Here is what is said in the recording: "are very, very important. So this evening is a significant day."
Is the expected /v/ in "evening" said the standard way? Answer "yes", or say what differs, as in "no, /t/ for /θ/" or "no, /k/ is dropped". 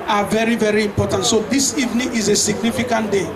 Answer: yes